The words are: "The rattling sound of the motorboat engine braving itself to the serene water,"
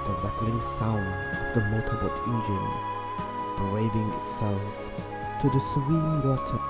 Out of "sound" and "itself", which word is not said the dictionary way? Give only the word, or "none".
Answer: none